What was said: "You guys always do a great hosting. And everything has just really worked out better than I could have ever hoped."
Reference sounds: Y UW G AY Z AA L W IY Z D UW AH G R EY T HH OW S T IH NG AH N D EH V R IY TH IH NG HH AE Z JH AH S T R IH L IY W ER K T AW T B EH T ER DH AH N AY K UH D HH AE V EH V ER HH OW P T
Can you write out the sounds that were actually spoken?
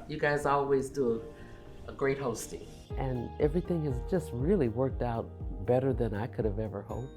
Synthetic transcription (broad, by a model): Y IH G AY Z AA L W IY Z D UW AH G R EY T HH OW S T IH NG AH N EH V R IY TH IH NG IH Z JH AH S T R IH L IY W ER K T AW T B EH T ER DH AH N AY K UH D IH V EH V ER HH OW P